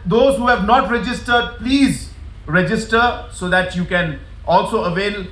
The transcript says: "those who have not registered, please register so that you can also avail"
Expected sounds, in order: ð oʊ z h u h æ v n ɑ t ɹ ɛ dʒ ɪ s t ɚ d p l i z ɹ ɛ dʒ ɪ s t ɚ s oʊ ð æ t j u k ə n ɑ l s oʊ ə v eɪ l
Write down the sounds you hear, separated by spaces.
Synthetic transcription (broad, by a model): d oʊ z h u h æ v n ɑ t ɹ ɛ dʒ ɪ s t ɚ d p l i z ɹ ɛ dʒ ɪ s t ɚ s oʊ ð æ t j u k ə n ɑ l s oʊ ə v eɪ l